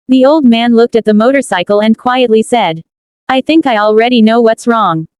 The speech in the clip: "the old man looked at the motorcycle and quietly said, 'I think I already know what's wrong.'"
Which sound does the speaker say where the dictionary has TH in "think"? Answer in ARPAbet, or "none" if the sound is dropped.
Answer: TH